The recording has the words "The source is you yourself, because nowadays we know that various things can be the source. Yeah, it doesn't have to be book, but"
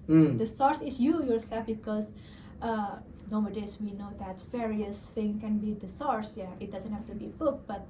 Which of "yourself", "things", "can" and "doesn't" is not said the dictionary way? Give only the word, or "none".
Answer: things